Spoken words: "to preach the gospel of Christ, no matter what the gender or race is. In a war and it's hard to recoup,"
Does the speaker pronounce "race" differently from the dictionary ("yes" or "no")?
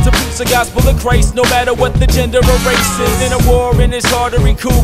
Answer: no